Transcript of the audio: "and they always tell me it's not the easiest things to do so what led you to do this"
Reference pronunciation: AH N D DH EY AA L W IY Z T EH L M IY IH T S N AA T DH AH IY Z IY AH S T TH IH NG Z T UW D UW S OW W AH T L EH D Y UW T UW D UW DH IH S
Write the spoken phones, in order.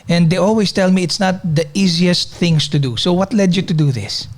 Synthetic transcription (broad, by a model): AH N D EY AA L W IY S T EH L M IY IH T S N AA T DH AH IY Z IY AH S T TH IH NG S T UW D UW S OW W AH T L EH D Y UW T UW D UW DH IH S